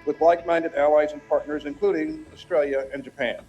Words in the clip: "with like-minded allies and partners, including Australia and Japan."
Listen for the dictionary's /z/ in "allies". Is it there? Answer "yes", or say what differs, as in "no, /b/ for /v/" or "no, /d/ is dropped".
yes